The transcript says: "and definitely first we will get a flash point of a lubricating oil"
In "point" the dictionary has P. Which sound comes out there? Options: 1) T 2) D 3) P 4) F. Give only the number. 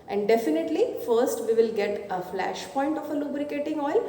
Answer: 3